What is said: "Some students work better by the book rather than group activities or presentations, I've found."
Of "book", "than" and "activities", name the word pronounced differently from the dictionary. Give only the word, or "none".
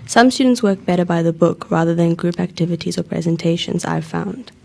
none